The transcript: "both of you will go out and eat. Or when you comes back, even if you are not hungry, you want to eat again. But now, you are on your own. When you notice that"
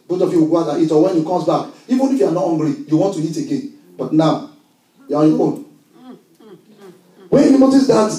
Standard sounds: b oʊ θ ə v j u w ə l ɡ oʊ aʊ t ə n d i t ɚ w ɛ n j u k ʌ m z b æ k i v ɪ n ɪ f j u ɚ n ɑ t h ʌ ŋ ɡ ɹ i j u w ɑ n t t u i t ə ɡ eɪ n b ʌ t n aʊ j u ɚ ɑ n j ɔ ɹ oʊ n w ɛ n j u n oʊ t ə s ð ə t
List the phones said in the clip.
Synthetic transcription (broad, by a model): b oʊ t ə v j u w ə ɡ oʊ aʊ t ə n i t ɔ w ɛ n j u k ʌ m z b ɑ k i v ɪ n ɪ f j u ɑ n ɑ t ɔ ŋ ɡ l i j u w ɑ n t t u i t ə ɡ eɪ n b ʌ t n aʊ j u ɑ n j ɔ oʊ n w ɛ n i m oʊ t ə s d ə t